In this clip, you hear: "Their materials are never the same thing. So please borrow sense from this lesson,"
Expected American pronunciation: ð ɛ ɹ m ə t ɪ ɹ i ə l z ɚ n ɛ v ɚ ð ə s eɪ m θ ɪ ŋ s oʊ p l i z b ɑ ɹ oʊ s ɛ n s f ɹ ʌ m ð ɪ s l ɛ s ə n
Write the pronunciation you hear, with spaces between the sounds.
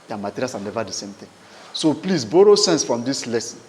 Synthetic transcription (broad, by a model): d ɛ m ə t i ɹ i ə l s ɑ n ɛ v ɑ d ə s eɪ m t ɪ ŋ s oʊ p l i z b ɑ ɹ oʊ s ɛ n s f ɹ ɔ m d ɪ s l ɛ s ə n